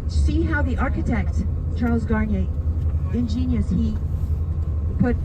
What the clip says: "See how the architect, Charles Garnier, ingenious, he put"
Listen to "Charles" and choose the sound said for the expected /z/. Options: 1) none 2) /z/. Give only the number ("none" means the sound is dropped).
2